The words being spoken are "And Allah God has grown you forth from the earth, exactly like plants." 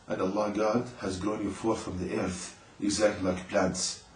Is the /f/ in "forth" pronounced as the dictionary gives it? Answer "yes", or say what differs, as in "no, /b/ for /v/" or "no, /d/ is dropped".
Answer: yes